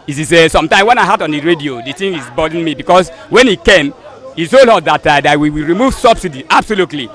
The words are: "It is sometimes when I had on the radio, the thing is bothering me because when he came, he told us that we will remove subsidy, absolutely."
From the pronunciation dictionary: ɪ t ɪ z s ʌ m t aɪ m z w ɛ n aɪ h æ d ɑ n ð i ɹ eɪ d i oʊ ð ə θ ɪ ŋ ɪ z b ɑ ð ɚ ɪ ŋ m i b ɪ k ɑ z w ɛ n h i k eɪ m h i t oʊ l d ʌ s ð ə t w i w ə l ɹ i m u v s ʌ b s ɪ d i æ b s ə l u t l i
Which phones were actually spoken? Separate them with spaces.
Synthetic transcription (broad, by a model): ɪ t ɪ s s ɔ m t aɪ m w ɛ n aɪ h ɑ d ɑ n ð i ɹ eɪ d i oʊ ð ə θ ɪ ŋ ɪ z b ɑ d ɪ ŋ m i b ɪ k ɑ s w ɛ n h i k eɪ m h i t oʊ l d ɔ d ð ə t w i w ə ɹ i m u v s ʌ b s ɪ d i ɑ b s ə l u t l i